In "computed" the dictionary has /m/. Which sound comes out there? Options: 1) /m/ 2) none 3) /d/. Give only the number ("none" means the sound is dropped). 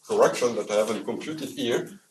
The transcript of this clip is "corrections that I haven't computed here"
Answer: 1